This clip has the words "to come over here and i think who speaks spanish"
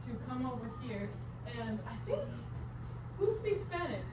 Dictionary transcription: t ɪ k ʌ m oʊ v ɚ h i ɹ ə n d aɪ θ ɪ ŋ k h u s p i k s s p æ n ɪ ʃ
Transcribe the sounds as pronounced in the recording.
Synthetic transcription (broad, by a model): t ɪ k ʌ m oʊ v ɚ h i ɹ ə n aɪ θ ɪ ŋ k h u s p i k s s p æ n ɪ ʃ